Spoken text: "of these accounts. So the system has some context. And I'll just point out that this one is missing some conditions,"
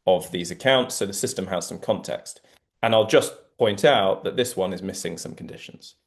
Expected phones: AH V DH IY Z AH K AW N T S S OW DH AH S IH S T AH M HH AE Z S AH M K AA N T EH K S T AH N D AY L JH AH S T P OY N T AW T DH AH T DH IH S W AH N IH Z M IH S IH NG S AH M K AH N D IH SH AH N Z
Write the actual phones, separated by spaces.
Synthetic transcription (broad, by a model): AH V DH IY Z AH K AW N T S S OW DH AH S IH S T AH M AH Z S AH M K AA N T EH K S T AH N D AY L JH AH S P OY N T AW T DH AH T DH IH S W AH N IH Z M IH S IH NG S AH M K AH N D IH SH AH N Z